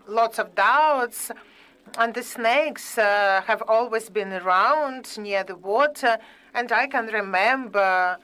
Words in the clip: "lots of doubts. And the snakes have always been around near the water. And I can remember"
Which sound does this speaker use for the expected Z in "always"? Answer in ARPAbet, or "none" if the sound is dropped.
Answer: Z